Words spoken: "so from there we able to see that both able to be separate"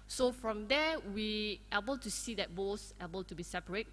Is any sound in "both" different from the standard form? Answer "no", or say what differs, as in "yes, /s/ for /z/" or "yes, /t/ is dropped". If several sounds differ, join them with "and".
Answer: yes, /s/ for /θ/